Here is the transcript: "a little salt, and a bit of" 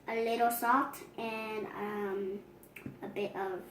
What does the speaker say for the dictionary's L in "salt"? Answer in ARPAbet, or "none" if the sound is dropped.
none